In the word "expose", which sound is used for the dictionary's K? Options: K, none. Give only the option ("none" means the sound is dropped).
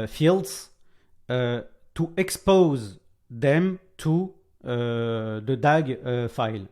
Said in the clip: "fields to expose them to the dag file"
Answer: K